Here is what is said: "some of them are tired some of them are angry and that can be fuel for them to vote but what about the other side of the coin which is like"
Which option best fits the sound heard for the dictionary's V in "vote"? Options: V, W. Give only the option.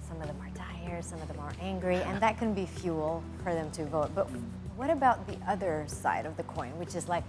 V